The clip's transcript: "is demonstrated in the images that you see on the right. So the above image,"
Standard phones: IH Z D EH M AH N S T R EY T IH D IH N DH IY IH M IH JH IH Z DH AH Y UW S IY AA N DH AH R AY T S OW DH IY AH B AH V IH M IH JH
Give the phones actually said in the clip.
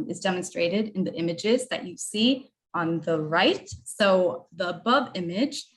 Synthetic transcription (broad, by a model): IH Z D EH M AH N S T R EY T IH D IH N DH IY IH M IH JH IH Z DH AH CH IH S IY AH N DH AH R AY T S OW DH IY AH B AH V IH M IH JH